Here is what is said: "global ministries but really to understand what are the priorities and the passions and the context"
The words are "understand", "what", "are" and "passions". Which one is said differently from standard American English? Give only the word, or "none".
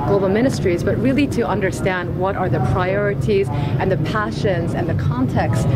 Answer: none